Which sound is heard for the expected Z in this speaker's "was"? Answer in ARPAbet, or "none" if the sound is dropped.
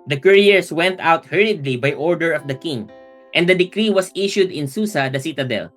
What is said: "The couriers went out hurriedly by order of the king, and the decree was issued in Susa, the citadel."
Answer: S